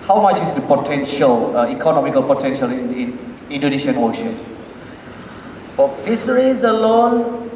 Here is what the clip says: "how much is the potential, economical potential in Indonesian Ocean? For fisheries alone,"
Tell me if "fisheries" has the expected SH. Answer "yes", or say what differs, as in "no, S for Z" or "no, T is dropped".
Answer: no, S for SH